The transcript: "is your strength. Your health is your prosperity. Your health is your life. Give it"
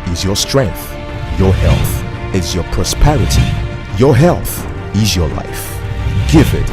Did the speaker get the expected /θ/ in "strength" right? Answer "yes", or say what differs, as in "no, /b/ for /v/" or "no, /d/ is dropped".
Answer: yes